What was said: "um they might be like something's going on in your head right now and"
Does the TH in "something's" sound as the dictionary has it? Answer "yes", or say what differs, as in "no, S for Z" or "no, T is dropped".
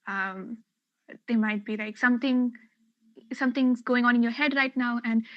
no, S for TH